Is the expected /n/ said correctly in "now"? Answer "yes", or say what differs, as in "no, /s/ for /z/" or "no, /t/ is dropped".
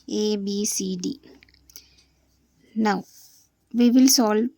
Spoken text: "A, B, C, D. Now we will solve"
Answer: yes